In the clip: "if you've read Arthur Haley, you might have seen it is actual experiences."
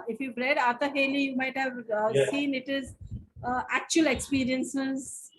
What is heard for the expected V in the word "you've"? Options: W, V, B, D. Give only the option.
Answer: B